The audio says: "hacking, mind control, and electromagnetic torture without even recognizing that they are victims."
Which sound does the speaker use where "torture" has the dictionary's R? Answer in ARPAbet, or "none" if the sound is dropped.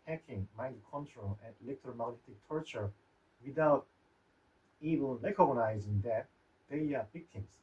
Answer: R